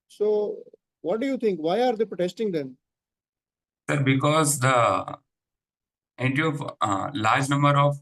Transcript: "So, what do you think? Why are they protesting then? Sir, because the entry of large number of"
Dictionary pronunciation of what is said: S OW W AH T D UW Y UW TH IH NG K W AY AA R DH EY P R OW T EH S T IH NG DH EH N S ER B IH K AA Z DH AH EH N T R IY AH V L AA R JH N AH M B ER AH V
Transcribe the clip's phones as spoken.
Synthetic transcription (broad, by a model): S OW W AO T D UW Y UW T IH NG K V AY AA R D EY P R OW T EH S T IH NG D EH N S ER B IH K AA Z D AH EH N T IY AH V L AA R JH N AH M B ER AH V